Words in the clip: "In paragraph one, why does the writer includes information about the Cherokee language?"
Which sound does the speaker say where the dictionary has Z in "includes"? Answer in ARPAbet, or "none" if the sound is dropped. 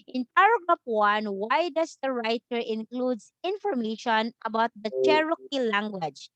S